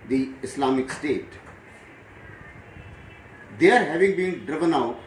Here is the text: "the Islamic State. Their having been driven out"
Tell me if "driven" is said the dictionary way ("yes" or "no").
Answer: yes